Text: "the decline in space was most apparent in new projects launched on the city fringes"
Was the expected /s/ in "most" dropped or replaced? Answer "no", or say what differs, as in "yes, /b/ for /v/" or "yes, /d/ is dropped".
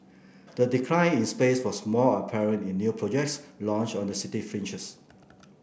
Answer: yes, /s/ is dropped